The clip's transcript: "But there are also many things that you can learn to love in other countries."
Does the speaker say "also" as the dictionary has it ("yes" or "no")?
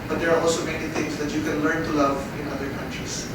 yes